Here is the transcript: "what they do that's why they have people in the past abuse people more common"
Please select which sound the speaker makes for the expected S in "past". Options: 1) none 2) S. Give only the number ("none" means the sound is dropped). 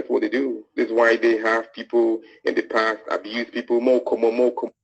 2